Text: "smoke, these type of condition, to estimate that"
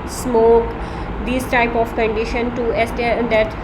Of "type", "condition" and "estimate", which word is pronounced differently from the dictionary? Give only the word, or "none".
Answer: estimate